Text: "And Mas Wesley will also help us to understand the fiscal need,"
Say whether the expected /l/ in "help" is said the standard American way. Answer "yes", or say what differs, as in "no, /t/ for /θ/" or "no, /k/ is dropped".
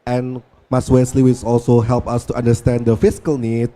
yes